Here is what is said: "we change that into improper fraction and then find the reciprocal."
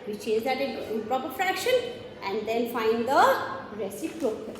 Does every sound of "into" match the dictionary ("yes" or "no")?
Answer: no